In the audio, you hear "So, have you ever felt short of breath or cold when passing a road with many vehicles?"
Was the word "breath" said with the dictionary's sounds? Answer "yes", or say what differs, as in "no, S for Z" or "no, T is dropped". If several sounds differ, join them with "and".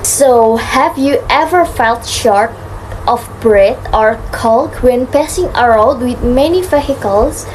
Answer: no, T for TH